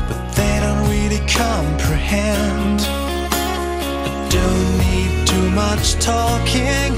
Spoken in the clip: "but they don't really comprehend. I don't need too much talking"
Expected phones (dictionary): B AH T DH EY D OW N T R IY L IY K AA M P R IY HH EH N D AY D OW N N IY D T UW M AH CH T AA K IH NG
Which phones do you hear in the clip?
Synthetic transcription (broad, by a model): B AH T DH EY D OW N T W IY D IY K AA M P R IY HH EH N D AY D OW N N IY D T UW M AH CH T AA K IH NG